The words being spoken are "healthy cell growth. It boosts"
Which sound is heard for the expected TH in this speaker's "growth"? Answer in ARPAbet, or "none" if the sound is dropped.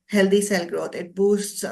T